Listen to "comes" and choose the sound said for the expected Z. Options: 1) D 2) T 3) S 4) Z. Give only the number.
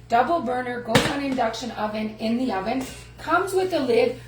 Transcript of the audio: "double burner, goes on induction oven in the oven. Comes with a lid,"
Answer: 4